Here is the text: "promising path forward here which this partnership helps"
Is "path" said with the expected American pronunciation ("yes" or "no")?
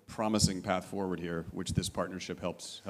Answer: yes